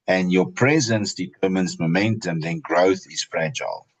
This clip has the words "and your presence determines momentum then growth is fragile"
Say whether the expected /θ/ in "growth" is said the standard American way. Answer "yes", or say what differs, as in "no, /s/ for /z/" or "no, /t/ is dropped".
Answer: yes